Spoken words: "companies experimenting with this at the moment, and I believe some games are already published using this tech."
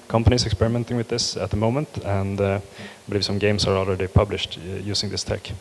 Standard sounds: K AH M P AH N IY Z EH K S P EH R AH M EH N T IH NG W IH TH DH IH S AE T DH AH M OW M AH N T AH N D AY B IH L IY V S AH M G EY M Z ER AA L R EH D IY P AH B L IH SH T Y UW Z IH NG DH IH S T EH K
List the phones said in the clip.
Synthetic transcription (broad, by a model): K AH M P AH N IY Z EH K S P EH R AH M EH N T IH NG W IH DH IH S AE T DH AH M OW M AH N T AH N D B IH L IY V S AH M G EY M S ER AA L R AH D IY P AH B L IH SH T Y UW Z IH NG DH IH S T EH K